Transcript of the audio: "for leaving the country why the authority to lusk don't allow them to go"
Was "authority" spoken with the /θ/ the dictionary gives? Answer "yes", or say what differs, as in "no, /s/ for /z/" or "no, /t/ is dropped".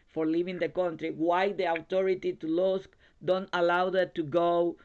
no, /t/ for /θ/